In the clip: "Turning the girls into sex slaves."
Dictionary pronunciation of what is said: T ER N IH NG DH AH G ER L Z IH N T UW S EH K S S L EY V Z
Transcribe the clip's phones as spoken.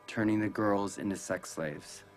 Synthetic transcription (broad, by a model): T ER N IH NG DH AH G ER L Z IH N T UW S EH K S S L EY V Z